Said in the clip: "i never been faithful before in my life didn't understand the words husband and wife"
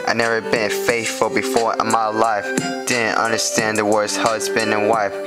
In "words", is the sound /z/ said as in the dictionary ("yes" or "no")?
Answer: no